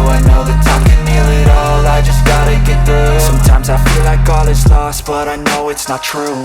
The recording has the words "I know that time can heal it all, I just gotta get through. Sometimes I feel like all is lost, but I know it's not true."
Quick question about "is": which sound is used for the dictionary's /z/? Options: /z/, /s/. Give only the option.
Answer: /s/